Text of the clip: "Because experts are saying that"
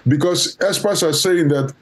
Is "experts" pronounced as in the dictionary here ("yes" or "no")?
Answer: no